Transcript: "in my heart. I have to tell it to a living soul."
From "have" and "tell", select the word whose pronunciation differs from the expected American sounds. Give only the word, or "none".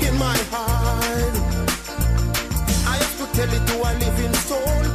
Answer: have